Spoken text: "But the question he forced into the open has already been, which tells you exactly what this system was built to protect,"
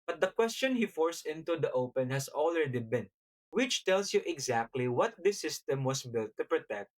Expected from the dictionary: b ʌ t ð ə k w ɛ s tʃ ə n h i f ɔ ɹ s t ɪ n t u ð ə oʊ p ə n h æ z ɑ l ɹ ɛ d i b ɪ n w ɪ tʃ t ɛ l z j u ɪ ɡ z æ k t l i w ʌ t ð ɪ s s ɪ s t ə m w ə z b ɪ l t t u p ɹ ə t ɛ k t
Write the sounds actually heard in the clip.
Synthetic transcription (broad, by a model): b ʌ t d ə k w ɛ s tʃ ə n h i f ɔ ɹ s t ɪ n t u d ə oʊ p ə n h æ s ɑ l ɹ ɛ d i b ɪ n w ɪ tʃ t ɛ l s j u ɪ ɡ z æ k t l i w ʌ t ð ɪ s s ɪ s t ə m w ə s b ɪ l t t u p ɹ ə t ɛ k t